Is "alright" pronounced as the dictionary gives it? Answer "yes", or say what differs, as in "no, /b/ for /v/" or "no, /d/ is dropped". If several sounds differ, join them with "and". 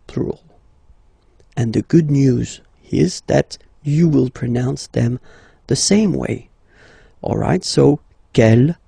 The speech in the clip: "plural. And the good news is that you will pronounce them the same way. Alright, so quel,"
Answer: yes